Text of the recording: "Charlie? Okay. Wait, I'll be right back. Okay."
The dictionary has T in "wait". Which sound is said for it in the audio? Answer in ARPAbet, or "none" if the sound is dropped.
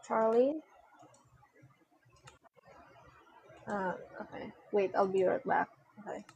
T